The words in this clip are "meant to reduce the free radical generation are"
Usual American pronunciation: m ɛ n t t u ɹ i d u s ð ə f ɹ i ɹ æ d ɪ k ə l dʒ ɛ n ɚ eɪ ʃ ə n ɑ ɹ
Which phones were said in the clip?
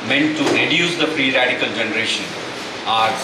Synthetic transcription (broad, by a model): m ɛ n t t u ɹ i d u s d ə p ɹ i ɹ æ d ɪ k ə l dʒ ɛ n ɚ eɪ ʃ ə n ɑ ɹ